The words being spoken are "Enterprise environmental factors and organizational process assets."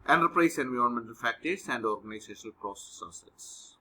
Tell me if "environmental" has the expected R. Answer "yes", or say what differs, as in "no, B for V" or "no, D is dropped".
no, R is dropped